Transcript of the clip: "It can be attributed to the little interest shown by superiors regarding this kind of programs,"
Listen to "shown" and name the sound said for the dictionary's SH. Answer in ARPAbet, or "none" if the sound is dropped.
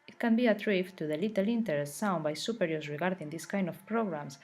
S